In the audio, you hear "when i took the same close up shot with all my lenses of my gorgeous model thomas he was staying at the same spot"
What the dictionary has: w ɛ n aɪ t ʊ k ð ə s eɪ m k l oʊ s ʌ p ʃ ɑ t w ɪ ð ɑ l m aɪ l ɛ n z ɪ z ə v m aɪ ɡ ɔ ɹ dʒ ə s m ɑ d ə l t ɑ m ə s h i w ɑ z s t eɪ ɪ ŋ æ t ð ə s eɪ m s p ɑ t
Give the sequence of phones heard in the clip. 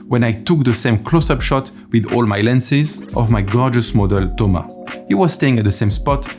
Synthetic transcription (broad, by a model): w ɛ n aɪ t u k ð ə s eɪ m k l oʊ s ʌ p ʃ ɑ t w ɪ ð ɑ l m aɪ l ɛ n s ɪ z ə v m aɪ ɡ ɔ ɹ dʒ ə s m ɑ d ə l t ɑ m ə h i w ɑ z s t eɪ ɪ ŋ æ t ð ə s eɪ m s p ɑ t